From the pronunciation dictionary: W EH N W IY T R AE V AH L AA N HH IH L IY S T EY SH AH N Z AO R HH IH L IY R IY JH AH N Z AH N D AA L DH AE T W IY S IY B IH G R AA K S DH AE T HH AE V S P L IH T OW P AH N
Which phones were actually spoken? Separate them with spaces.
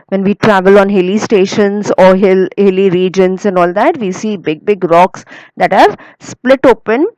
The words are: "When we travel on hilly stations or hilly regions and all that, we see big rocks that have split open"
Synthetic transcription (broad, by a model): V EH N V IY T R AE V AH L AA N HH IH L IY S T EY SH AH N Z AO L HH IH L IY R IY JH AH N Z AH N D AA L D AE T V IY S IY B IH G R AA K S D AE T HH AE V S P L IH T OW P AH N